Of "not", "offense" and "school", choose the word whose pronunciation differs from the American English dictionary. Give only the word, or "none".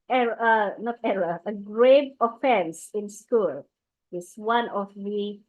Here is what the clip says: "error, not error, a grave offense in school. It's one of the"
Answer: none